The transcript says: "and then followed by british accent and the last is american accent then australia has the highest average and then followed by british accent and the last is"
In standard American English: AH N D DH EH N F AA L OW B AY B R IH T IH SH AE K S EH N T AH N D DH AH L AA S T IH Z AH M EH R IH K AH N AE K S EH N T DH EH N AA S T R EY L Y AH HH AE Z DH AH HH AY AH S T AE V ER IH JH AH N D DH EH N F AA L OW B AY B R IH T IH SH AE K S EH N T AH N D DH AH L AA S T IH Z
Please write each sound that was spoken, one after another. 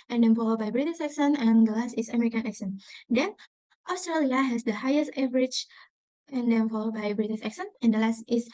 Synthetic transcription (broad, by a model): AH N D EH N F AA L OW B AY B R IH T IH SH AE K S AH N AH N D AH L AA S T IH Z AH M EH R IH K AH N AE K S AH N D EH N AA S T R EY L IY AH HH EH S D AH HH AY AH S T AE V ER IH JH AH N D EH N F AA L OW B AY B R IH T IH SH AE K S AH N AH N D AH L AA S T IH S